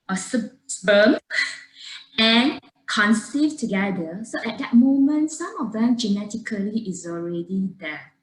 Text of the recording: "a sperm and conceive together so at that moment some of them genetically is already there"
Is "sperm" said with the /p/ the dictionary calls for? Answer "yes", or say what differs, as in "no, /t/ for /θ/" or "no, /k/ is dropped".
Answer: no, /b/ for /p/